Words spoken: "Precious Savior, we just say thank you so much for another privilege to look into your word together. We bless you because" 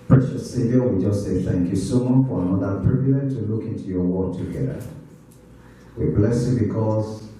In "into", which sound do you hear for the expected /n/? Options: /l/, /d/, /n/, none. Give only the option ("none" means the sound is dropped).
/n/